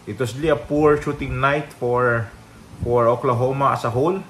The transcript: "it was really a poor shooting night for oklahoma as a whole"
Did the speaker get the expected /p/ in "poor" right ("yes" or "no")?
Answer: yes